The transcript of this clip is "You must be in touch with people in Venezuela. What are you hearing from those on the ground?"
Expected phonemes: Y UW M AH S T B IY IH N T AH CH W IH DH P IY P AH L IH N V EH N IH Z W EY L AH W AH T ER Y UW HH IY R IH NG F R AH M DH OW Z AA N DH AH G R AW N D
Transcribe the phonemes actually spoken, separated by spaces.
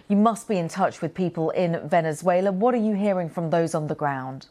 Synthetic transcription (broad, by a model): Y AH M AH S B IY IH N T AH CH W IH DH P IY P AH L IH N V EH N IH Z W EY L AH W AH T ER Y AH HH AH R IH NG F R AH M DH OW Z N DH AH G R AW N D